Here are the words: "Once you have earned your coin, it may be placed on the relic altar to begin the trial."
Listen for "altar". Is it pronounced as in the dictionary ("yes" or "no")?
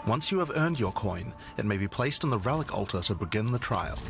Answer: yes